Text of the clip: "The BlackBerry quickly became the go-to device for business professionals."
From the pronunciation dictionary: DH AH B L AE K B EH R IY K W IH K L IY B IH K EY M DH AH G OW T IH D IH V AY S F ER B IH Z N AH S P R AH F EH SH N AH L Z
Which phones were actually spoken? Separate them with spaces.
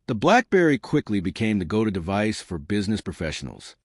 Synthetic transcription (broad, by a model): DH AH B L AE K B EH R IY K W IH K L IY B IH K EY M DH AH G OW T IH D IH V AY S F ER B IH Z N AH S P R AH F EH SH N L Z